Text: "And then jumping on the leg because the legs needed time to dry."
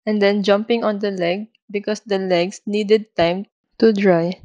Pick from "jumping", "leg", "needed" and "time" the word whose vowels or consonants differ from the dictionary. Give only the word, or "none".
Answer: none